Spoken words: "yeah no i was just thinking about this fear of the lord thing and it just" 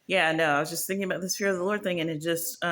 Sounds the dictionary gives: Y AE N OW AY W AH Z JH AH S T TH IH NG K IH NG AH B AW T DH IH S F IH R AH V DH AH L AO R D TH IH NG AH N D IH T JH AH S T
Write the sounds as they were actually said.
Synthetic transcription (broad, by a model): Y AE N OW AY W AH Z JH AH S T TH IH NG K IH NG AH B AW T DH IH S F IH R AH V DH AH L AO R D TH IH NG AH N IH T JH AH S T